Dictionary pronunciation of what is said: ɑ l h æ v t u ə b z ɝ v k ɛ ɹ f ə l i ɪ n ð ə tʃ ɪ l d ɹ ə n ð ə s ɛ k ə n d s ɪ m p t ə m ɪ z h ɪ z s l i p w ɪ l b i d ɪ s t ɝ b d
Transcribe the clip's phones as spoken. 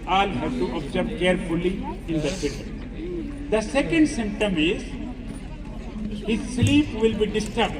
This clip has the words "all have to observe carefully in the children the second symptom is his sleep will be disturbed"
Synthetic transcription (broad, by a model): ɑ l h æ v t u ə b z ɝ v k ɛ ɹ f ə l i ɪ n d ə s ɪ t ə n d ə s ɛ k ə n d s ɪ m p t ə m ɪ z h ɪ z s l i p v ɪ l b i d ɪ s t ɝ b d